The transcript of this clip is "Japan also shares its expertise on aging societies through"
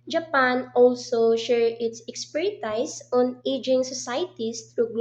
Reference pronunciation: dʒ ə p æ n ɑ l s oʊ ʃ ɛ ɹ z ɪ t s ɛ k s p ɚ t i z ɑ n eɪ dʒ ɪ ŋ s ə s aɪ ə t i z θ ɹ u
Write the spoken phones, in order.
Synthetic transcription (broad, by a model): dʒ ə p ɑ n ɑ l s oʊ ʃ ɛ ɹ ɪ t s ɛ k s p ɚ t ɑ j ɑ n eɪ dʒ ɪ ŋ s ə s aɪ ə t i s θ ɹ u